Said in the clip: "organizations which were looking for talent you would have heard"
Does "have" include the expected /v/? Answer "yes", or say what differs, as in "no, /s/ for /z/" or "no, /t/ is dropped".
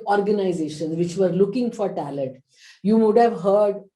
yes